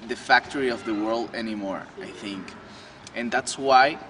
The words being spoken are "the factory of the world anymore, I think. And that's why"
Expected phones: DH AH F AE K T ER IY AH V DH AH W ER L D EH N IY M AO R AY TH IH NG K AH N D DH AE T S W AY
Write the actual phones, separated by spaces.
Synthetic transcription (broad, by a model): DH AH F AE K T ER IY AH V DH AH W ER L D EH N IY M AO R AY TH IH NG K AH N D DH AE T S W AY